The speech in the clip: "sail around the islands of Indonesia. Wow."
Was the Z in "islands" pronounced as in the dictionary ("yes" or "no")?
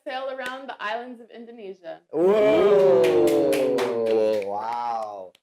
yes